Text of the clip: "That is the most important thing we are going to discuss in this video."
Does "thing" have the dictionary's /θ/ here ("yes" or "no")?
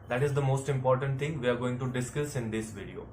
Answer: no